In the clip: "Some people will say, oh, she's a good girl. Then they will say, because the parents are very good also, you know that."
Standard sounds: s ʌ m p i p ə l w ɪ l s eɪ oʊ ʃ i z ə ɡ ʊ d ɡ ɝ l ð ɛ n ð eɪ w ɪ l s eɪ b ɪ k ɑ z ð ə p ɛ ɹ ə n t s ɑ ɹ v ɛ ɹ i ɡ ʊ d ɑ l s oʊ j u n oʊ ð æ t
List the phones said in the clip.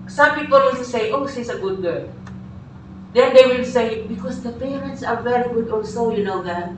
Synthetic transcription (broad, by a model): s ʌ m p i p ə l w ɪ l s eɪ oʊ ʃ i s ə ɡ ʊ d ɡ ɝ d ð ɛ n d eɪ w ɪ l s eɪ b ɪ k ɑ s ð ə p ɛ ɹ ə n t s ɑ ɹ v ɛ ɹ i ɡ ʊ d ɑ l s oʊ j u n oʊ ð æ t